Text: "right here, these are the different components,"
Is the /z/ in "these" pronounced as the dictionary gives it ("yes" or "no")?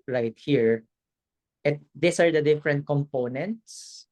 no